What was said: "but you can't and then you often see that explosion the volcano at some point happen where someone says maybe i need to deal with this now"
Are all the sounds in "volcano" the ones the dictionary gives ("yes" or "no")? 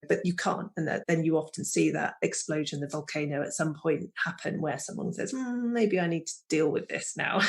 yes